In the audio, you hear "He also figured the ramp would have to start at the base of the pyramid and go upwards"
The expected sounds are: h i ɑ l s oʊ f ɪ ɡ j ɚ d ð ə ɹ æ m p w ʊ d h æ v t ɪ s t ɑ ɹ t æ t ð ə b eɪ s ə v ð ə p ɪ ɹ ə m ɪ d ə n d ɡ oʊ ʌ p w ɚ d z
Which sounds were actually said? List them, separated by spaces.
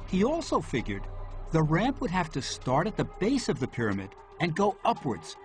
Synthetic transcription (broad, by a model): h i ɑ l s oʊ f ɪ ɡ j ɚ d ð ə ɹ æ m p w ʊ d h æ f t ɪ s t ɑ ɹ t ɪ t ð ə b eɪ s ə v ð ə p ɪ ɹ ə m ɪ d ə n ɡ oʊ ʌ p w ɚ d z